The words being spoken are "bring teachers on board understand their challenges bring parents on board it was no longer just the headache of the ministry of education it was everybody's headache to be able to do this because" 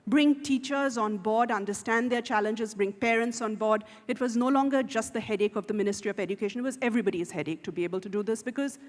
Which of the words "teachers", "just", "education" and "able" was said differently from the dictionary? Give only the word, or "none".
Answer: none